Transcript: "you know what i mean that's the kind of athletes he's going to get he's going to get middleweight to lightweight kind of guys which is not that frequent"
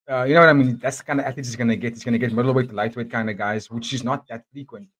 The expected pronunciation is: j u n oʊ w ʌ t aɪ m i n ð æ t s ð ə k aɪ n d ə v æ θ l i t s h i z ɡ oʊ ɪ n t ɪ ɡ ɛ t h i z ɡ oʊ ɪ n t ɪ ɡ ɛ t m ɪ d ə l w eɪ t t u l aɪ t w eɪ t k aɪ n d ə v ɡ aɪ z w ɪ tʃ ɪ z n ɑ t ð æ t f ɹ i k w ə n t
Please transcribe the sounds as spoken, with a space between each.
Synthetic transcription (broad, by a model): j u n oʊ w ʌ t aɪ m i n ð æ t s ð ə k aɪ n d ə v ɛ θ ɪ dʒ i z ɡ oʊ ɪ n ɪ ɡ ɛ t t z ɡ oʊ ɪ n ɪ ɡ ɛ t m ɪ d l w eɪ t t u l aɪ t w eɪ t k aɪ n d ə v ɡ aɪ z w ɪ tʃ ɪ z n ɑ t ð æ t f ɹ i k w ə n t